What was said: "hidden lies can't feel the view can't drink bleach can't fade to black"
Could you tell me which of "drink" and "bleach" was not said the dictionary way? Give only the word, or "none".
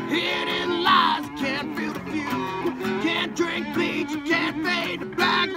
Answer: bleach